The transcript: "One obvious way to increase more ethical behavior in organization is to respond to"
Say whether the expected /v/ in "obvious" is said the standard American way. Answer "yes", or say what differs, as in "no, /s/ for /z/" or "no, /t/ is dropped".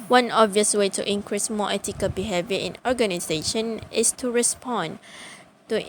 yes